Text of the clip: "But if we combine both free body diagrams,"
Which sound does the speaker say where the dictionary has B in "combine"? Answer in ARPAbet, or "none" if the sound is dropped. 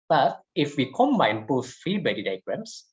none